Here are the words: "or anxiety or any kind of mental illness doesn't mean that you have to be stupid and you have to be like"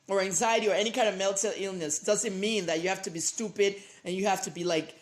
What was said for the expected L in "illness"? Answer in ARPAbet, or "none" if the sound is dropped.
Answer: L